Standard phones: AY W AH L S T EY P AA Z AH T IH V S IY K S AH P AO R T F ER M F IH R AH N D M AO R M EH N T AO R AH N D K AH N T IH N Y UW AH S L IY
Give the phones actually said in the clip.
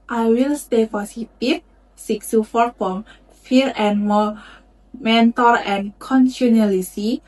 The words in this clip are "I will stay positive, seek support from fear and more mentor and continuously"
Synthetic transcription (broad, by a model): AY W AH L S T EY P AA S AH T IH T S IY K S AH F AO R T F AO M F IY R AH N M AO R M EH N T AO R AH N K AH N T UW N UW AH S IY